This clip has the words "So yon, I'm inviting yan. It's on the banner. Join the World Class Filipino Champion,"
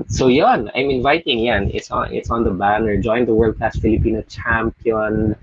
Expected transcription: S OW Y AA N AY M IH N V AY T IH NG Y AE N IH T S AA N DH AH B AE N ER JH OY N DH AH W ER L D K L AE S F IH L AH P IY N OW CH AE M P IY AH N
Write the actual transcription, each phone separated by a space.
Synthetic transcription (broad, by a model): S OW Y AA N AY M IH N V AY T IH NG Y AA N IH T S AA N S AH B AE N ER JH OY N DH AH W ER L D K AE S F IH L AH P IY N OW CH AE M P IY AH N